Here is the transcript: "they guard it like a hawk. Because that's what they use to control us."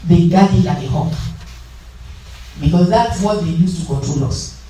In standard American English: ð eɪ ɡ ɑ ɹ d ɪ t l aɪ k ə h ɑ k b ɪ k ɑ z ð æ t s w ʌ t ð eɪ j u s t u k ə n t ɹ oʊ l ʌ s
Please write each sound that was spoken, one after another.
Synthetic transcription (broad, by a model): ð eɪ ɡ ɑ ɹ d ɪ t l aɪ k ə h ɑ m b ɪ k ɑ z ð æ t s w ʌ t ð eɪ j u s t u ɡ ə t u l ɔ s